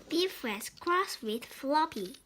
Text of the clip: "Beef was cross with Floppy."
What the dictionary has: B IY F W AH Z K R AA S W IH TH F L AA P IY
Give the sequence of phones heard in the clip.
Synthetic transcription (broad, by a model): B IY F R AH S K R AA S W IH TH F L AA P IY